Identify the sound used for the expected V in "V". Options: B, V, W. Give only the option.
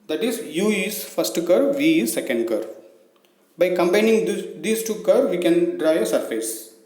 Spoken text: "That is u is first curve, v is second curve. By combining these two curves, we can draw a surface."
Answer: V